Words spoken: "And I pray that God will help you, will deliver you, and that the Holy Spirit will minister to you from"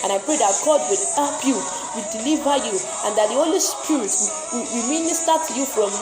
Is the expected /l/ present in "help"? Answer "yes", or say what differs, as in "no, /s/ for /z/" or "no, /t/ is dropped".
no, /l/ is dropped